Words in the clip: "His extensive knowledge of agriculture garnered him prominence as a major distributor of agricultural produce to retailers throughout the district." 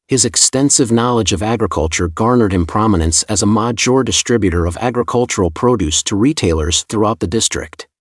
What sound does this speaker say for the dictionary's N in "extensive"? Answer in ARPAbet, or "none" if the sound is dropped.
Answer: N